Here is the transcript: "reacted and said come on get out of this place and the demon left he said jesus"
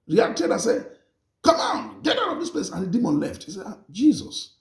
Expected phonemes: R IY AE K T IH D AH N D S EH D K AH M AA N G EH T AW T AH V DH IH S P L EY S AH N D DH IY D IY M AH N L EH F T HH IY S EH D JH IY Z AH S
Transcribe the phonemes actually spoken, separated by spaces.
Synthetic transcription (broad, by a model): R IY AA K T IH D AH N S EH K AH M AA N G EH T AW T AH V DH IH S P L EY S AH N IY D IY M AH N L EH F T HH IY S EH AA JH IY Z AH S